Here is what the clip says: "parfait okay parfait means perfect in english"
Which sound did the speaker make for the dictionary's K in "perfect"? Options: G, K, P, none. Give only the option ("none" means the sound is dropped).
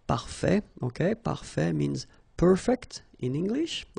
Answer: K